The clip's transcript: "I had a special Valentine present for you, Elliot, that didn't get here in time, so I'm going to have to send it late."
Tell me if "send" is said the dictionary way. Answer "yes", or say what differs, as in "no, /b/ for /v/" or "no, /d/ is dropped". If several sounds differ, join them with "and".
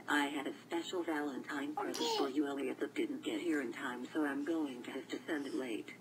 yes